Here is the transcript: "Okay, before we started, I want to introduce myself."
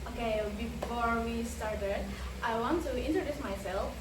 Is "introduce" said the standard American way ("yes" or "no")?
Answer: yes